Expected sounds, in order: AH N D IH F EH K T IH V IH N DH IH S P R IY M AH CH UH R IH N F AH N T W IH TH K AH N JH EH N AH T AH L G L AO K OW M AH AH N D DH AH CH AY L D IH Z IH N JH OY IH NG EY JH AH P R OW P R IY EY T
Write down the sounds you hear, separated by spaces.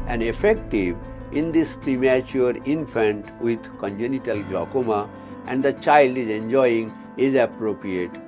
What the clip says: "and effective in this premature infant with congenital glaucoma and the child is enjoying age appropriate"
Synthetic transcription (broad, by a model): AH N D IH F EH K T IH V IH N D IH S P R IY M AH CH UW R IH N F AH N T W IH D K AH N JH EH N AH T AH L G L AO K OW M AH AH N D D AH CH AY L D IH Z IH N JH OY IH NG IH Z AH P R OW P R IY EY T